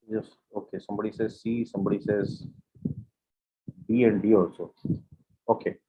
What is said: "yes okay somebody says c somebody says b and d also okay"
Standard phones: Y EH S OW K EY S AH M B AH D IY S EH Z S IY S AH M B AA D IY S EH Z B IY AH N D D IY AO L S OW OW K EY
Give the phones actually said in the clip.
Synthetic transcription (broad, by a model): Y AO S OW K EY S AH M B AH D IY S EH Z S IY S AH M B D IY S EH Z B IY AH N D D IY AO S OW OW K EY